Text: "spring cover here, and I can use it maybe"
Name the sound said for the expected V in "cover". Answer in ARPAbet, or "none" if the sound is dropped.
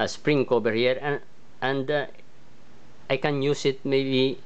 B